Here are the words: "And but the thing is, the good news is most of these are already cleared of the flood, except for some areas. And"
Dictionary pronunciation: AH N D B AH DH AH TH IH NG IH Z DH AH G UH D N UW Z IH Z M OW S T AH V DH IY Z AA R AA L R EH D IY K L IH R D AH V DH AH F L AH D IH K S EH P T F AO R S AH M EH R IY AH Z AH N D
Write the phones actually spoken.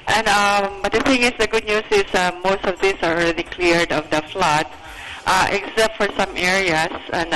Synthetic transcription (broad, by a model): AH N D B AH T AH TH IH NG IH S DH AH G UH D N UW S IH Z M OW S T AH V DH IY S AA R AA L R EH D IY K L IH R D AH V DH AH F L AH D IH K S EH P T F AO R S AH M EH R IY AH S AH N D